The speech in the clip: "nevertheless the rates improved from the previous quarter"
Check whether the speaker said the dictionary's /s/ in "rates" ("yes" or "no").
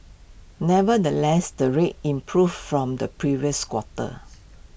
no